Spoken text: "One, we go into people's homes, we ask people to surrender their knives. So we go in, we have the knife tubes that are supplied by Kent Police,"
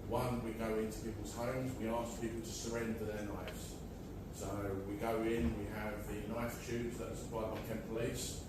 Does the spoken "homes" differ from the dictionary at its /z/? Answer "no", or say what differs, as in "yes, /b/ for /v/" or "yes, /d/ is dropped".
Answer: no